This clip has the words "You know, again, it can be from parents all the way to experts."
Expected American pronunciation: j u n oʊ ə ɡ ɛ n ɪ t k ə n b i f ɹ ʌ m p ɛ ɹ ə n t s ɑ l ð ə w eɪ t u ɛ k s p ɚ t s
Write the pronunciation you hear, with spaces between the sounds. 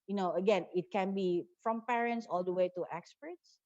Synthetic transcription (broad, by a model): j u n oʊ ə ɡ ɛ n ɪ t k ə n b i f ɹ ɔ m p ɛ ɹ ə n t s ɑ l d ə w eɪ t u ɛ k s p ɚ t s